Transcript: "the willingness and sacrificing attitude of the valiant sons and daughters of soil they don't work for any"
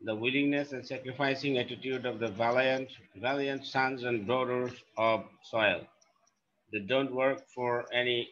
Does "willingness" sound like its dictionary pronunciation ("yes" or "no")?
yes